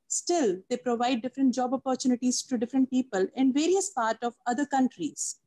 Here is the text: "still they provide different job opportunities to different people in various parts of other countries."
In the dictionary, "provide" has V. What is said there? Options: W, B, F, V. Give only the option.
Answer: V